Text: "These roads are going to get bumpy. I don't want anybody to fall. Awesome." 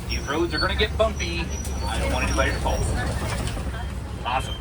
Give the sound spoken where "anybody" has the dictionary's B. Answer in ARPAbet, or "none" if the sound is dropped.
none